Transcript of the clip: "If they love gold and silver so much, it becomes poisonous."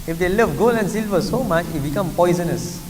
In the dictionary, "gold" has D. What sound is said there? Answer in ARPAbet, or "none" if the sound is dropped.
none